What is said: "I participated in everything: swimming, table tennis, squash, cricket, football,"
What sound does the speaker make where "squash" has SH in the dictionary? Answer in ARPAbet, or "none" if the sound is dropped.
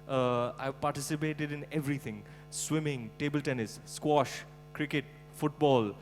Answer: SH